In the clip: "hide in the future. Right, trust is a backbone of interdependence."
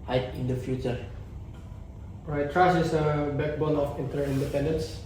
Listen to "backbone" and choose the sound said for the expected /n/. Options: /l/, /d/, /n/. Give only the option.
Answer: /l/